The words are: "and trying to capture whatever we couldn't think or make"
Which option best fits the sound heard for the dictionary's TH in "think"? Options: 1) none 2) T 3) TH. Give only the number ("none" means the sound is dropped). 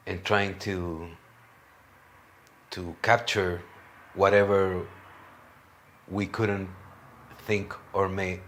3